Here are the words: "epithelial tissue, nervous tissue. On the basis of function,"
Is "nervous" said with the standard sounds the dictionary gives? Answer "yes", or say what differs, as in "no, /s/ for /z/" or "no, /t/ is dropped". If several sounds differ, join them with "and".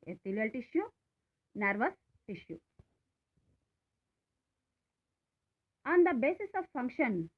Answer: yes